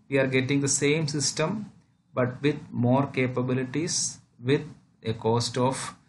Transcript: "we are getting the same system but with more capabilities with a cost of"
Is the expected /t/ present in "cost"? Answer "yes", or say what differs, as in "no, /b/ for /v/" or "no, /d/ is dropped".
yes